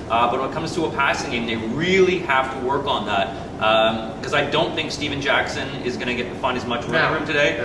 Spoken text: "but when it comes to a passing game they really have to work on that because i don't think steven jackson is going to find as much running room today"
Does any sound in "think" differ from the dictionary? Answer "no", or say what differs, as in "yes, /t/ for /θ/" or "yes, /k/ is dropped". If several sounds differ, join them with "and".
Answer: no